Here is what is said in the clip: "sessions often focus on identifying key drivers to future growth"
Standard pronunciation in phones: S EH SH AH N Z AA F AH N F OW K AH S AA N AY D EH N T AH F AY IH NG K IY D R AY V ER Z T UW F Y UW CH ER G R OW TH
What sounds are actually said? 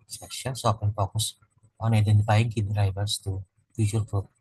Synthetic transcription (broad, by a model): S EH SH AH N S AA P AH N F OW K AH S AA N AY D EH N T AH F AY IH NG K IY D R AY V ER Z T UW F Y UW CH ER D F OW